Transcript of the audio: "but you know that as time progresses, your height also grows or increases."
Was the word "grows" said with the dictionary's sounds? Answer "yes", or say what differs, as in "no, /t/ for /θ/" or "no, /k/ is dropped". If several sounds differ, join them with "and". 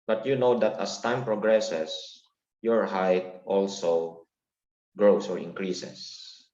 no, /s/ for /z/